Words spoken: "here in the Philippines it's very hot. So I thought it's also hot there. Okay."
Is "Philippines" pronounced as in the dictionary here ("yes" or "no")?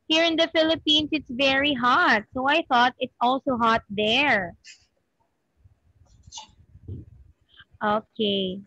no